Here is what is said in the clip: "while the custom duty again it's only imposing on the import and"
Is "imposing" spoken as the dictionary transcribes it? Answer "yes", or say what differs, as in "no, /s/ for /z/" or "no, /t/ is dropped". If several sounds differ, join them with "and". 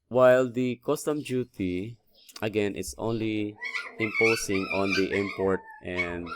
no, /s/ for /z/